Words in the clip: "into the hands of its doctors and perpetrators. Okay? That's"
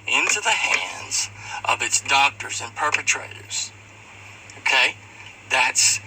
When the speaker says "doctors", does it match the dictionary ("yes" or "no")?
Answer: yes